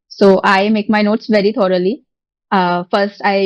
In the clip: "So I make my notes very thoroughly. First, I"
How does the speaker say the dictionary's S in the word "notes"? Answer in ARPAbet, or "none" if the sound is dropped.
S